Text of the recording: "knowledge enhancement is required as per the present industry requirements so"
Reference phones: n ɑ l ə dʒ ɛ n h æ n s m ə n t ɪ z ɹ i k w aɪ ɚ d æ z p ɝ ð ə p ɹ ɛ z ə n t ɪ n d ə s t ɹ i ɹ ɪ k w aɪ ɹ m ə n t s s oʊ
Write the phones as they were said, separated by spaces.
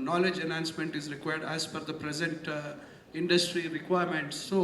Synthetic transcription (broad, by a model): n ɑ l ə dʒ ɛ n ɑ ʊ n s m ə n t ɪ z ɹ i k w aɪ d d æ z f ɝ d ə p ɹ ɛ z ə n t ɪ n d ə s t ɹ i ɹ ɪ k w aɪ ɹ m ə n t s s oʊ